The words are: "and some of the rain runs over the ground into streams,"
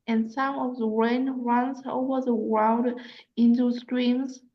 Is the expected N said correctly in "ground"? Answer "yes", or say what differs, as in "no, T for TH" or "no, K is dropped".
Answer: no, L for N